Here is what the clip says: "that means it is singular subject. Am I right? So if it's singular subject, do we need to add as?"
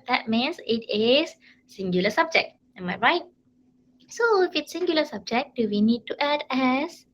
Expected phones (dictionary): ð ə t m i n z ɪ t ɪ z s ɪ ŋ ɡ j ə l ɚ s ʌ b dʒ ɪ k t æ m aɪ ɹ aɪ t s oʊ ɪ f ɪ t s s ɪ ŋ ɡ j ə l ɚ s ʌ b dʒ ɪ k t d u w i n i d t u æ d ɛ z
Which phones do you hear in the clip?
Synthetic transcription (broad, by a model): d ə t m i n s ɪ t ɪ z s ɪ ŋ ɡ j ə l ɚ s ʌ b dʒ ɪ k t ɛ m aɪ ɹ aɪ t s oʊ ɪ f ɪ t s s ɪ ŋ ɡ j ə l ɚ s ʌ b dʒ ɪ k d u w i n i d t u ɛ d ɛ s